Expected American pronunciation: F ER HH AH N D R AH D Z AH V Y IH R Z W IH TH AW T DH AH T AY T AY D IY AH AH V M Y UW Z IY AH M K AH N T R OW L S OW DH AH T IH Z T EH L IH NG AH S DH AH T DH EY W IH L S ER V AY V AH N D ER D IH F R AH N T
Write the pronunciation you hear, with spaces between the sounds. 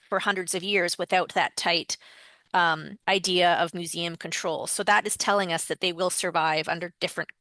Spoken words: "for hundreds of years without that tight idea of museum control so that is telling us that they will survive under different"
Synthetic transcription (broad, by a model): F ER HH AH N D R AH D Z AH V Y IH R Z W IH TH AW T DH AH T AY T AY D IY AH AH V M Y UW Z IY AH M K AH N T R OW L S OW DH AH T IH Z T EH L IH NG AH S DH AH T DH EY W IH L S ER V AY V AH N D ER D IH F R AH N